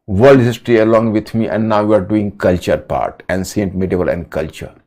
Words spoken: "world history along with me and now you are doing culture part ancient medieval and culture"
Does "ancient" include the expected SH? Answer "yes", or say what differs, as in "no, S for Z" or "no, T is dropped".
no, S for SH